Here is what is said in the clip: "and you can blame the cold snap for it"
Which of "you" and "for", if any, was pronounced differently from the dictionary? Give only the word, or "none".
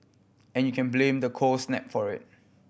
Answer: none